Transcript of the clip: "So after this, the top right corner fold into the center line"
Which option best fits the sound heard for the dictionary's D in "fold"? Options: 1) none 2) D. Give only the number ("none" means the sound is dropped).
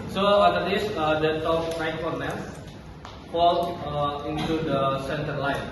1